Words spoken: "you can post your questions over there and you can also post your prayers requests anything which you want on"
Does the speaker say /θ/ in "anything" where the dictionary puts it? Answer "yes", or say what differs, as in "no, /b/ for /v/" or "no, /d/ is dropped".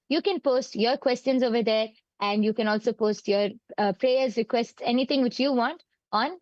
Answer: no, /t/ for /θ/